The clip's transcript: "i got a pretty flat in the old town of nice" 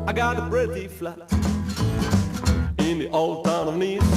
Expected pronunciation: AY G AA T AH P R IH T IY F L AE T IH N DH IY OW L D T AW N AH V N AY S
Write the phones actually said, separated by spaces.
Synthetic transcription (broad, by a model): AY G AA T AH B R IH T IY F L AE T IH N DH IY OW L D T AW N AH V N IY